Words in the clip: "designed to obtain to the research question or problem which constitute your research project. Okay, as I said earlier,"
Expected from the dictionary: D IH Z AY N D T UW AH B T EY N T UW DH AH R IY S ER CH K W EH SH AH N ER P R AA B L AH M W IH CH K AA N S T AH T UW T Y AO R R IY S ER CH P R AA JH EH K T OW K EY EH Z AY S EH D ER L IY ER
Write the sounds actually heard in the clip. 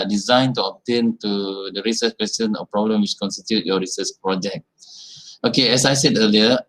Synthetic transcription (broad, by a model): D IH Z AY N T UW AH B T EY N T UW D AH R IY S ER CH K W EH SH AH N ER P R AA B L AH M W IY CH K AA N S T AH T UW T Y AO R R IY S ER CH P R AA JH EH K T OW K EY EH S AY S EH D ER L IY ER